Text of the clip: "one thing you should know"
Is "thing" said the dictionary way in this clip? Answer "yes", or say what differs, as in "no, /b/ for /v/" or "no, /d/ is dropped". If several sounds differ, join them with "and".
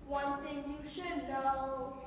no, /t/ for /θ/